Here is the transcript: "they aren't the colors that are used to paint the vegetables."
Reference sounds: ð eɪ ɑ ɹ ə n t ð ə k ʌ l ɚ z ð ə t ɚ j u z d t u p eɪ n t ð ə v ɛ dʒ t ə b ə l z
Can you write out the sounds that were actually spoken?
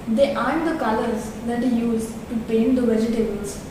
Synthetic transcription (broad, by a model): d eɪ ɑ ə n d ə k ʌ l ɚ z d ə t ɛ j u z t u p eɪ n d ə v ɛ dʒ t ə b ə l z